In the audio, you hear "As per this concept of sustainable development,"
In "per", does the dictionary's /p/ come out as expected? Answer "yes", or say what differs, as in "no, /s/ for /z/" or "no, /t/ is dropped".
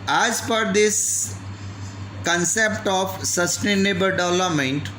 no, /f/ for /p/